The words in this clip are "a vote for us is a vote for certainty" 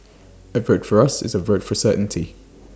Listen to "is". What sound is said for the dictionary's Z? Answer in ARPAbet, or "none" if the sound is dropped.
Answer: Z